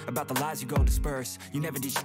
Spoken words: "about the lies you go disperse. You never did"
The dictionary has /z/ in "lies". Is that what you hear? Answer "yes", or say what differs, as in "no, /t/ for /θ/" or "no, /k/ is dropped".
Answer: yes